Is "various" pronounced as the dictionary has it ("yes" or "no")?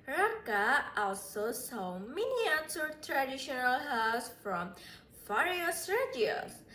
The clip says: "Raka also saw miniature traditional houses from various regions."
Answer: no